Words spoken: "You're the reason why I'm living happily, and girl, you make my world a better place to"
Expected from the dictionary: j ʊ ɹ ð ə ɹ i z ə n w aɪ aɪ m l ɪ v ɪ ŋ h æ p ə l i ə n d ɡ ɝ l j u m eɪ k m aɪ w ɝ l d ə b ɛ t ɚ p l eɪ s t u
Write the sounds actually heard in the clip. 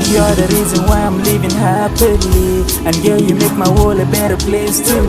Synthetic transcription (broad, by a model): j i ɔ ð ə ɹ i z ə n w aɪ aɪ m l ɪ v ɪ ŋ h æ p ə l i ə n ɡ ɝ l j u m eɪ k m aɪ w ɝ l ə b ɛ t ɚ p l eɪ s t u